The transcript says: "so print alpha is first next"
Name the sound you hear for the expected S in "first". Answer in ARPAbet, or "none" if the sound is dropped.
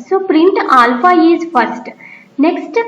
S